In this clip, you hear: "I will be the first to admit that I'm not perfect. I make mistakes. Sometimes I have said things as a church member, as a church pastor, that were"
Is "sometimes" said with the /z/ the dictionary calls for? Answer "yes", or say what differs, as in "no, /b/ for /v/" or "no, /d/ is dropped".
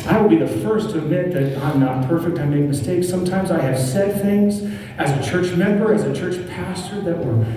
yes